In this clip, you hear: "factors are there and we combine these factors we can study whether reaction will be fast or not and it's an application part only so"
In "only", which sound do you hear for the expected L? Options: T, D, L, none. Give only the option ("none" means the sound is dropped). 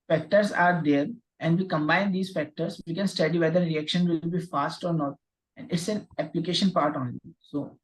none